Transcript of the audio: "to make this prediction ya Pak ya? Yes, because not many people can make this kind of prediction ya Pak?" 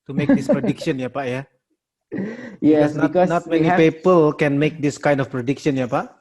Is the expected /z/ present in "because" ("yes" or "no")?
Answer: no